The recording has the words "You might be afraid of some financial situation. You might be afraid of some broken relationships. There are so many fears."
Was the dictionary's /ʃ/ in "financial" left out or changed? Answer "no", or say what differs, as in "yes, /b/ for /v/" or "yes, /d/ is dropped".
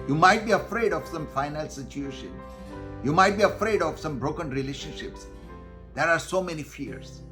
yes, /ʃ/ is dropped